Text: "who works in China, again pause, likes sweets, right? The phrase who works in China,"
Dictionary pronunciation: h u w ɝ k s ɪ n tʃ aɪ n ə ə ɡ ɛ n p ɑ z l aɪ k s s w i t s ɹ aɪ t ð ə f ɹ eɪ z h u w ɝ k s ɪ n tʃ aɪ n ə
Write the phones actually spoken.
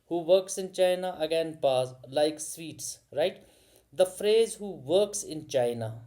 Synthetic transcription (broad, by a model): h u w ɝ k s ɪ n tʃ aɪ n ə ə ɡ ɛ n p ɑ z l aɪ k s s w i t s ɹ aɪ t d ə f ɹ eɪ z h u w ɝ k s ɪ n tʃ aɪ n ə